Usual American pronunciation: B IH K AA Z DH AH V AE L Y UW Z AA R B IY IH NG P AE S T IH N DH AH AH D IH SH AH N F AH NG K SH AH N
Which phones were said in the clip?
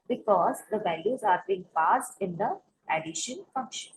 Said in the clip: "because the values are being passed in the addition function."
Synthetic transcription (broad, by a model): B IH K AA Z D AH V AE L Y UW Z AA R B IY IH NG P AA S T IH N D AH AH D IH SH AH N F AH NG K SH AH N